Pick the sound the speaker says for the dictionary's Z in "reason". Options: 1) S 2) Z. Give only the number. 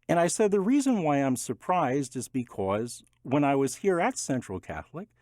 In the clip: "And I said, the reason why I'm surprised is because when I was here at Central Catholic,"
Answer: 2